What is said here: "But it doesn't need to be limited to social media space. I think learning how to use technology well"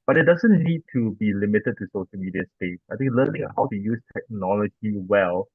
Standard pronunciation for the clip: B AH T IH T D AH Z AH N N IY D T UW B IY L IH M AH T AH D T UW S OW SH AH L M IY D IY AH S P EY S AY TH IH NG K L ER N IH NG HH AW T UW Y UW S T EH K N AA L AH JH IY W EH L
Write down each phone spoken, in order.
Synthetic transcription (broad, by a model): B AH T IH T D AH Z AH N N IY D T UW B IY L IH M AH T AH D T UW S OW SH AH L M IY D IY AH S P EY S AY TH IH NG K L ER N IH NG HH AW T UW Y UW S T EH K N AA L AH JH IY W EH L